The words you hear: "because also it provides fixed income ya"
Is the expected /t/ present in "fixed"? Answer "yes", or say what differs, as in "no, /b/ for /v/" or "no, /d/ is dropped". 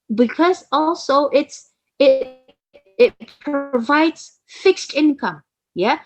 yes